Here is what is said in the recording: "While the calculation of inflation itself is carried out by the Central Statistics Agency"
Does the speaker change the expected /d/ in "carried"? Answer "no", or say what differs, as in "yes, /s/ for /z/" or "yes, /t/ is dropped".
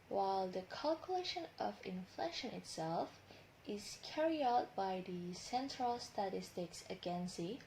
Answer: yes, /d/ is dropped